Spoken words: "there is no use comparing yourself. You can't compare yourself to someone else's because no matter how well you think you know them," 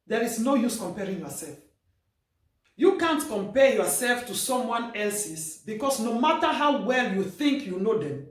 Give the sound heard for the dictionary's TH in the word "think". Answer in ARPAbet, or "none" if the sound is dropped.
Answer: TH